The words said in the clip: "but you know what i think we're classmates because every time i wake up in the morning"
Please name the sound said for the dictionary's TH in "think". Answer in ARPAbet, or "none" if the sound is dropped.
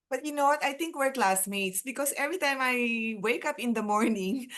T